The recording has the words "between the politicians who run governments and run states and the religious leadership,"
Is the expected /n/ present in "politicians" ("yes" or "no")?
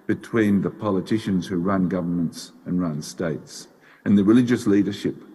yes